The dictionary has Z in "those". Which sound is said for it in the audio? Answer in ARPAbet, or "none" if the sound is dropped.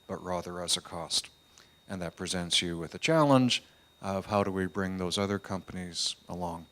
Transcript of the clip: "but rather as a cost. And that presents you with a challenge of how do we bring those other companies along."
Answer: Z